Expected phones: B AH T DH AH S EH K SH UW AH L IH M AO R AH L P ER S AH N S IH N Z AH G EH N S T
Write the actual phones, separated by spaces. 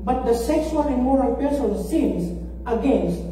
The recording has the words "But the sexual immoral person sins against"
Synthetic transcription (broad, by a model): B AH T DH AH S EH K S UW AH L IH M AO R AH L P ER S AH N S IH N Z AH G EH N S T